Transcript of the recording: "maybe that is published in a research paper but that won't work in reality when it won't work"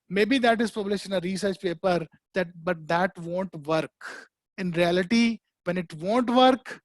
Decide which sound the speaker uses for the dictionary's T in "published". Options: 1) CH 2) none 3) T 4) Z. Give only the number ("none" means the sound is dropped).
2